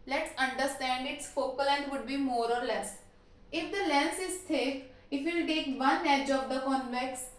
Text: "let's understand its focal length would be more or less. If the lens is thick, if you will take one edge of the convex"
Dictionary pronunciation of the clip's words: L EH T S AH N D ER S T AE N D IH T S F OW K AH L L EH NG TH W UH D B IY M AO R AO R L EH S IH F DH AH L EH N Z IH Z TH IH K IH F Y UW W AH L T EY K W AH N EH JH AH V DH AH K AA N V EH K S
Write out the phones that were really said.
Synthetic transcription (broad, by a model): L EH T S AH N D ER S T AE N D IH T S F OW K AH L L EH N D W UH D B IY M AO R AO R L EH S IH F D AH L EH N S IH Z T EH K IH F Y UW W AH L T EY K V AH N EH JH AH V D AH K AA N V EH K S